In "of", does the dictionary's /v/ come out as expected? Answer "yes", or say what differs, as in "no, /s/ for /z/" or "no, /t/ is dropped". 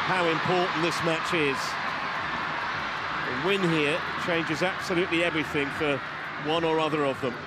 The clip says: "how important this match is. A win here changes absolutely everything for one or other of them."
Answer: yes